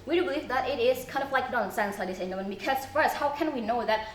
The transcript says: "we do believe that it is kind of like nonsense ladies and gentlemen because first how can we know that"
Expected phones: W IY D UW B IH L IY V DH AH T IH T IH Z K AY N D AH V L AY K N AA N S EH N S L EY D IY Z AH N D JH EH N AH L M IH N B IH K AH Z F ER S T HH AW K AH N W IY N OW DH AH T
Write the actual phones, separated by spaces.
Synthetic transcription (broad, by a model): W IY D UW B IH L IY V DH AH T IH T IH Z K AY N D AH V L AY K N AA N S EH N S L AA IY AH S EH AH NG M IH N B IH K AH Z F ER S HH AW K AH N W IY N OW DH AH T